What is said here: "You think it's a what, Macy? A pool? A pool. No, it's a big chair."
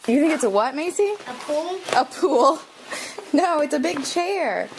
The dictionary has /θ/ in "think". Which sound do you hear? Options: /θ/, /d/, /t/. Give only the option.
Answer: /θ/